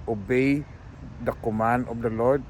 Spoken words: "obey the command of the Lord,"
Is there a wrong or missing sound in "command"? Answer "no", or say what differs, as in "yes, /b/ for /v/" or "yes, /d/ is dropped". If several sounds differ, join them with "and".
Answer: yes, /d/ is dropped